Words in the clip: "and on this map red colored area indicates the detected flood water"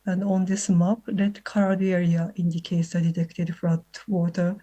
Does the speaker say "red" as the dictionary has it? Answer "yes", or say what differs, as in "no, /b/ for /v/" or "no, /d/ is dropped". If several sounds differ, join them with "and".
no, /l/ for /ɹ/